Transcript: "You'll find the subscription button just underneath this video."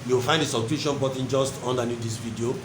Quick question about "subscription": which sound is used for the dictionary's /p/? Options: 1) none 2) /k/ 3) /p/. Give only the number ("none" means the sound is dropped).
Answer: 1